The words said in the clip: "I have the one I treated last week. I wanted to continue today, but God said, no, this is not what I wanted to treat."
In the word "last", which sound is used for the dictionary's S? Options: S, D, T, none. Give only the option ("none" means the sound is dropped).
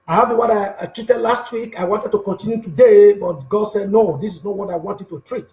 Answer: S